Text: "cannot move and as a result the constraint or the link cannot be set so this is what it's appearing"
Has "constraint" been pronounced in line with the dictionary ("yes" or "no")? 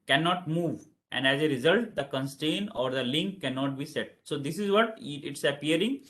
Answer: no